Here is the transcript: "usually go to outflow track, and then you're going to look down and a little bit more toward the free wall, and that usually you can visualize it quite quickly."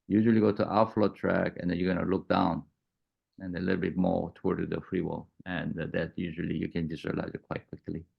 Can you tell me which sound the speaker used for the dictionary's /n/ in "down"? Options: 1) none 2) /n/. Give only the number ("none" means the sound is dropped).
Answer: 2